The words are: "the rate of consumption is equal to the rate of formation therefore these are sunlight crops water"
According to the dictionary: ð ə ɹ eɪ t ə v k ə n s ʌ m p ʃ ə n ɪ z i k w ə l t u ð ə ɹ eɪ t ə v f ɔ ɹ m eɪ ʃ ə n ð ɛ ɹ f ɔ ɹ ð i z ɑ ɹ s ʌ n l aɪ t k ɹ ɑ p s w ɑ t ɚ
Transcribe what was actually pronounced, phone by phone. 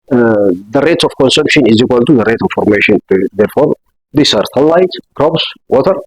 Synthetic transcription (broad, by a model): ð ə ɹ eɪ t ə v k ə n s ʌ m p ʃ ə n ɪ z i k w ə l t u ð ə ɹ eɪ t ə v f ɔ ɹ m eɪ ʃ ə n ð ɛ ɹ f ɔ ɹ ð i s ɑ ɹ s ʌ l aɪ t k ɹ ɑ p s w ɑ t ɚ